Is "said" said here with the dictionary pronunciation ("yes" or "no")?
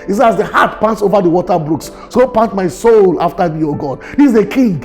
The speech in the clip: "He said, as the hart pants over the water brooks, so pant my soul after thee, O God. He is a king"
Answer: no